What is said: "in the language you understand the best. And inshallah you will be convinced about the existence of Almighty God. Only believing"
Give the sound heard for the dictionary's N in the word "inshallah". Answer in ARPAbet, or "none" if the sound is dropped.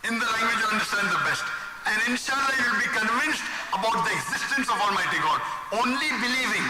N